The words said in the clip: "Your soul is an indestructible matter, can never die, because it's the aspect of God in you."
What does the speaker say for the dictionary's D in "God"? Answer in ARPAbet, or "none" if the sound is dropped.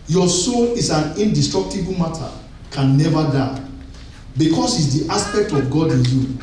D